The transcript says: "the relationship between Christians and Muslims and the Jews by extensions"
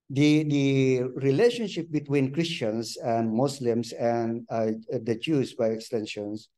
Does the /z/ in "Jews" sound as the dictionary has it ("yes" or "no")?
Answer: no